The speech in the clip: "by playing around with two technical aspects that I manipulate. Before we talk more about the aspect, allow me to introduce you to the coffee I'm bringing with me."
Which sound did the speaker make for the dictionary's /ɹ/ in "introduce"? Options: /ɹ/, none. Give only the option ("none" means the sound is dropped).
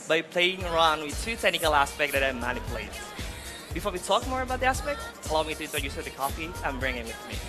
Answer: none